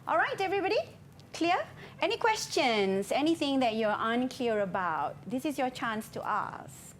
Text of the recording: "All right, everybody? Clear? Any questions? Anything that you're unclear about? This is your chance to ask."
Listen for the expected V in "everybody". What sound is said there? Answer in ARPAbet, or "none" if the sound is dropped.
V